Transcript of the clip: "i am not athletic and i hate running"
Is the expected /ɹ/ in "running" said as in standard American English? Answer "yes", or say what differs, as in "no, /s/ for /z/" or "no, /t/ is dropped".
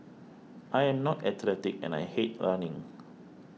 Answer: no, /l/ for /ɹ/